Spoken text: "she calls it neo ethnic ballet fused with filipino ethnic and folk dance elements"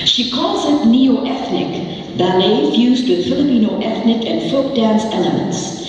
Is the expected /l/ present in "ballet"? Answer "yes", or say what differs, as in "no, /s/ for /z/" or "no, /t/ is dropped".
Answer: no, /n/ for /l/